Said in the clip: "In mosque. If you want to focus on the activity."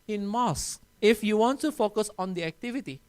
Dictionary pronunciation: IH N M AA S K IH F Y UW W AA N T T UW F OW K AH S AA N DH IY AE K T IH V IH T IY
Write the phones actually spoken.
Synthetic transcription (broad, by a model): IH N M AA S IH F Y UW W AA N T T UW F OW K AH S AA N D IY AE K T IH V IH T IY